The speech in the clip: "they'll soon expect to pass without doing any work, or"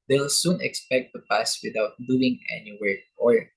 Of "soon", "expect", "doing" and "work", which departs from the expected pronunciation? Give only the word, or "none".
work